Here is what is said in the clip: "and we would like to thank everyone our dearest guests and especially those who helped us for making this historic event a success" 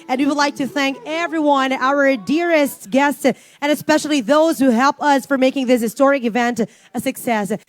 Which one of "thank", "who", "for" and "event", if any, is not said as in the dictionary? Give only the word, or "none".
none